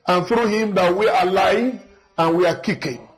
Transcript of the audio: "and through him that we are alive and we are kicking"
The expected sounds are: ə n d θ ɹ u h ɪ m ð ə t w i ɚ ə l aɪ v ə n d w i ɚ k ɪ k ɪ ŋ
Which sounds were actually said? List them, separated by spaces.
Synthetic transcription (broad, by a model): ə n θ ɹ u h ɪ m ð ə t w i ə l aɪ ə n w i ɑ k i k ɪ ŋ